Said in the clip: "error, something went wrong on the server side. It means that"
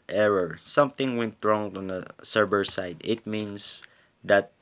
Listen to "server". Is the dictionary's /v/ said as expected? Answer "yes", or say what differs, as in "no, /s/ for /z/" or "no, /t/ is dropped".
no, /b/ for /v/